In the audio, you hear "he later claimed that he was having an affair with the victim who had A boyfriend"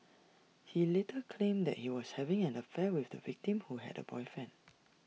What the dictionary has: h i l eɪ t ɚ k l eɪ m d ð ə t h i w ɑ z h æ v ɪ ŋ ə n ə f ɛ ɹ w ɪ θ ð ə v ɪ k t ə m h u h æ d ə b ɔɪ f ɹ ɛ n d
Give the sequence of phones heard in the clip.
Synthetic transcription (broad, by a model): h i l eɪ t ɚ k l eɪ m d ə t h i w ɑ s h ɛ v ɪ ŋ ə n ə f ɛ w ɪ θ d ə v ɪ k t ə m h u h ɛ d ə b ɔɪ f ɛ n